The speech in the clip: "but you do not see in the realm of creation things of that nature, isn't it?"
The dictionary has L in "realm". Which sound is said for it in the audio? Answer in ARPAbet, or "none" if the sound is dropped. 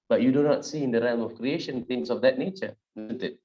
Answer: none